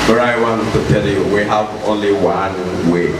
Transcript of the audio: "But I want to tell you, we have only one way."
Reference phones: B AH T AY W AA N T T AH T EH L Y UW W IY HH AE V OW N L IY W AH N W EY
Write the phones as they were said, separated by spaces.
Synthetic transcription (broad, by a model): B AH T AY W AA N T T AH T EH L Y UW W IY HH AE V OW N L IY W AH N W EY